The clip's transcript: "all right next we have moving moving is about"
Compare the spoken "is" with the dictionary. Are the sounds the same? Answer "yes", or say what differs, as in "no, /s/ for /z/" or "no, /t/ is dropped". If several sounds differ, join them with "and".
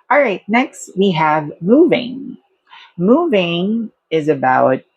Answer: yes